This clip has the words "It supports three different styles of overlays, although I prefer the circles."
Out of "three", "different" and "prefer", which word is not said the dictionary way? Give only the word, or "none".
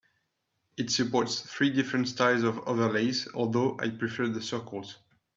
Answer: none